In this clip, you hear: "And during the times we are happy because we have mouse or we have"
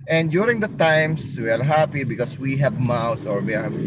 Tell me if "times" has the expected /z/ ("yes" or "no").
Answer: no